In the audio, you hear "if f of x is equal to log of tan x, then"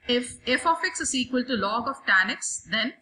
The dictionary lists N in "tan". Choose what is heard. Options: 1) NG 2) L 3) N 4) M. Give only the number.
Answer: 3